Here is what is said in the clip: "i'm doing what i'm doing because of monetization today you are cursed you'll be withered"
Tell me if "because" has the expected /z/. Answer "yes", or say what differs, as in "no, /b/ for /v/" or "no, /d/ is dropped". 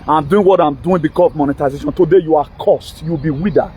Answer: no, /s/ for /z/